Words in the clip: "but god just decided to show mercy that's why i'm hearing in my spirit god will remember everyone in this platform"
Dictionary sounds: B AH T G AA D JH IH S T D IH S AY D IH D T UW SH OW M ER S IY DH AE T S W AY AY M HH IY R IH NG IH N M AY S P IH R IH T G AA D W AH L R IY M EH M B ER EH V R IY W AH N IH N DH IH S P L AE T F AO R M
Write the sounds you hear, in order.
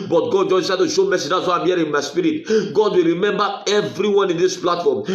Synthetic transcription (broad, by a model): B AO T G AA D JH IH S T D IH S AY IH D T UW SH OW M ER S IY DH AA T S W AY AY M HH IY IH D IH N M AY S P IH R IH T G AA D W AH L R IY M EH M B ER EH V R IY W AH N IH N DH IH S P L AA T F AO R M